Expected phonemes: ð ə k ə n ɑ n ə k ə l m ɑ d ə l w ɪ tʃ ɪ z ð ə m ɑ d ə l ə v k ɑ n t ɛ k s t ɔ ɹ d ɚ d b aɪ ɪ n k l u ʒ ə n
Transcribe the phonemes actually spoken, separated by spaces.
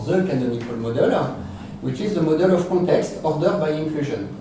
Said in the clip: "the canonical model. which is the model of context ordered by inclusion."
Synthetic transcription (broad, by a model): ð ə k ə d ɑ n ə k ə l m ɑ d ə l w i tʃ ɪ z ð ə m ɑ d ə l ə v k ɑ t ɛ k s t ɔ ɹ d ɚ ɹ b aɪ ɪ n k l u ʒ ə n